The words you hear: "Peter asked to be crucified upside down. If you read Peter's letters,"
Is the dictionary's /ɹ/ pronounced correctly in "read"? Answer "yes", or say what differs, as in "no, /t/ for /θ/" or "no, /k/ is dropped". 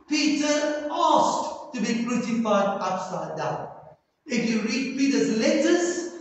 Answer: yes